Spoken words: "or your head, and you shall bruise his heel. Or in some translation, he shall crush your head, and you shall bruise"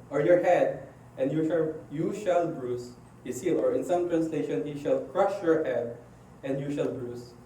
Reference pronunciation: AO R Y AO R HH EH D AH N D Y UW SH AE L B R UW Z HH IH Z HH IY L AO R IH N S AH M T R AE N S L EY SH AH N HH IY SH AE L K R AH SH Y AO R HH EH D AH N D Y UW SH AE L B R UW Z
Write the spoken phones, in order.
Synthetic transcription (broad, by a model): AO R Y AO R HH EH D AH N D Y UW SH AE L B R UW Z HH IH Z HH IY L AO R IH N S AH M T R AE N S L EY SH AH N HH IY SH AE L K R AH SH Y AO R HH EH D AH N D Y UW SH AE L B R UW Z